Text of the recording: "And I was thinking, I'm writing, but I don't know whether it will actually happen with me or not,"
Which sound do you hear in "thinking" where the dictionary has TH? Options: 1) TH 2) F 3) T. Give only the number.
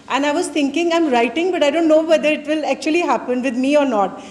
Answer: 3